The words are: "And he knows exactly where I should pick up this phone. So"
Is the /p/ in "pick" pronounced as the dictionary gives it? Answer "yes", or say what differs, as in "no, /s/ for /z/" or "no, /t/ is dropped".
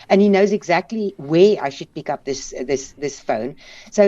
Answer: yes